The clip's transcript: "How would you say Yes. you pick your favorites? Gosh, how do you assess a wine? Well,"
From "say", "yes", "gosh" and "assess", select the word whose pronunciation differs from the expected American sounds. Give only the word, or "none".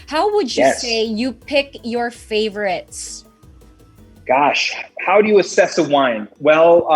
yes